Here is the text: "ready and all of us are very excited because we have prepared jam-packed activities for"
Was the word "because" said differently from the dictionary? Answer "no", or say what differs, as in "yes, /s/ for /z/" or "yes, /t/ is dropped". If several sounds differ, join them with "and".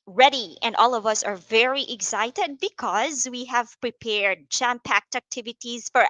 no